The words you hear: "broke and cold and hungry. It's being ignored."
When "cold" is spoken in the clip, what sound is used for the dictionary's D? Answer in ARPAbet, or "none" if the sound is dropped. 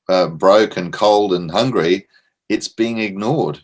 D